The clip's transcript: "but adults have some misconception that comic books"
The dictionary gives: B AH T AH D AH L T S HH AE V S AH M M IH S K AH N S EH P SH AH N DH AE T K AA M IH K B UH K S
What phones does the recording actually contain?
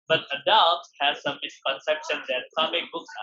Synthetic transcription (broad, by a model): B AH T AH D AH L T HH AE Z S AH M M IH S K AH N S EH P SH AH N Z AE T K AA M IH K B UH K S